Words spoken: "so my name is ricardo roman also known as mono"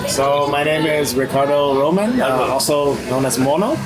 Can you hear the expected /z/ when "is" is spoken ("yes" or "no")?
yes